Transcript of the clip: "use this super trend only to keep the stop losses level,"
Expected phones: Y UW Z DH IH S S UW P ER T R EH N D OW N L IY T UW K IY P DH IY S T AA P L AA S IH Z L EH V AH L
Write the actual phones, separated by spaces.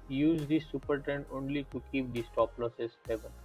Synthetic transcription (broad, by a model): Y UW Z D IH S S UW P ER T EH N OW N L IY T UW K IY P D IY S T AA P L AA S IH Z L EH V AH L